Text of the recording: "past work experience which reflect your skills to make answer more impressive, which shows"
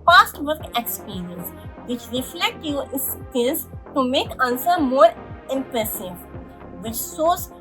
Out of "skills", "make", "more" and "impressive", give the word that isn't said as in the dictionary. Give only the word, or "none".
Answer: skills